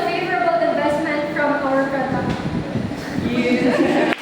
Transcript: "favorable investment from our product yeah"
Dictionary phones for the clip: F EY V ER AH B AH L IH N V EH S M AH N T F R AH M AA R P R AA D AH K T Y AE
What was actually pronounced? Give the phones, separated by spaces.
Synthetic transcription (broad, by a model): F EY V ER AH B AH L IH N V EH S M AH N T F R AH M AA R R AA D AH T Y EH